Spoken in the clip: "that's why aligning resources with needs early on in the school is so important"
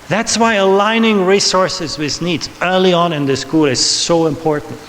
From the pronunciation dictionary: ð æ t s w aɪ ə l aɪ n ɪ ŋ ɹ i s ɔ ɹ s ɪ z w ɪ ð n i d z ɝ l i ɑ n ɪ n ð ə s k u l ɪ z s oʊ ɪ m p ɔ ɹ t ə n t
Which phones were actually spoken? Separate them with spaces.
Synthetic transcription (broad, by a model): ð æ t s w aɪ ə l aɪ n ɪ ŋ ɹ i s ɔ ɹ s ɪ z w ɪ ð n i d z ɝ l i ɑ n ɪ n ð ə s k u l ɪ z s oʊ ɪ m p ɔ ɹ t n t